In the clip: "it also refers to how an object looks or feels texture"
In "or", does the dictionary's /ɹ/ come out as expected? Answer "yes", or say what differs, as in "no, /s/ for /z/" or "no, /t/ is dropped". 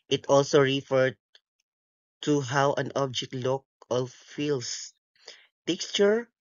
no, /l/ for /ɹ/